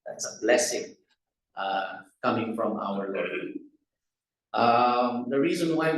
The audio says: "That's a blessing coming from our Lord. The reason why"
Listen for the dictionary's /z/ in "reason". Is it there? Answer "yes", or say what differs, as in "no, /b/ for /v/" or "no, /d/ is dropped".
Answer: yes